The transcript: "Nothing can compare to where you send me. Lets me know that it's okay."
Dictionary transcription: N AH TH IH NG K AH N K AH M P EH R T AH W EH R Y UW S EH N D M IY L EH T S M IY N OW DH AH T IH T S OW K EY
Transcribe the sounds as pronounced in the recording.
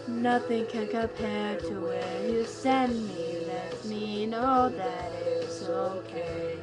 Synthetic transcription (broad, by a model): N AH TH IH NG K AH N K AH M P EH R T AH W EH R Y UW S EH N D M IY L EH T M IY N OW DH AH T IH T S OW K EY